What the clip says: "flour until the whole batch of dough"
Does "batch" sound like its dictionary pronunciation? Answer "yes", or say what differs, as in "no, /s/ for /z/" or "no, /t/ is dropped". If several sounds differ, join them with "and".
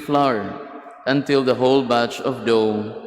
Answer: yes